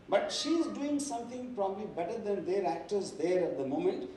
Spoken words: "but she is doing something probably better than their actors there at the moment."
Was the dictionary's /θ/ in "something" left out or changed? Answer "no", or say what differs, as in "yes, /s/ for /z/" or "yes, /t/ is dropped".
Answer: yes, /t/ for /θ/